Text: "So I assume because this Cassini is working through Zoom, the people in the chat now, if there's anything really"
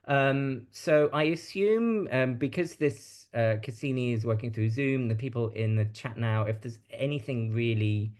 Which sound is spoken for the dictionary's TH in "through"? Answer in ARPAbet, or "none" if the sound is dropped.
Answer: TH